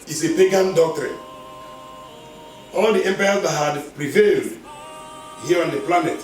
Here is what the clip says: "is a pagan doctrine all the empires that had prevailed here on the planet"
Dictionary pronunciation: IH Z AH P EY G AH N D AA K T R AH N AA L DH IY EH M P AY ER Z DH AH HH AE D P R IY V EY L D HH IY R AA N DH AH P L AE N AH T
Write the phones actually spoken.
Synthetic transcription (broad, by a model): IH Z AH P EY G AH N D AA K T R AH N AA L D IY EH M P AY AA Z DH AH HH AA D P R IY V EY L D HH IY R AA N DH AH P L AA N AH T